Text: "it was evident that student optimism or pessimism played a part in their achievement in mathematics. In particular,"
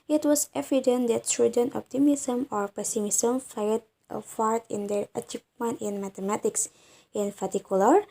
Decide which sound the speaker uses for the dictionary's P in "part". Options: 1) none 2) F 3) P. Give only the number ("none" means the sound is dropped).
2